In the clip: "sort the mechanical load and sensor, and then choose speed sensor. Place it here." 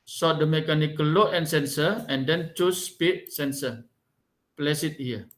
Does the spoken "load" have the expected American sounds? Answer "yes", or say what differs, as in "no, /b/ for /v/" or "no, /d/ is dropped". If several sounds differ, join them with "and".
no, /d/ is dropped